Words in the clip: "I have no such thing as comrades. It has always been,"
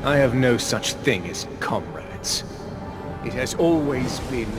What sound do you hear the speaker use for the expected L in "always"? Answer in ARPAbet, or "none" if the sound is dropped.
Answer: L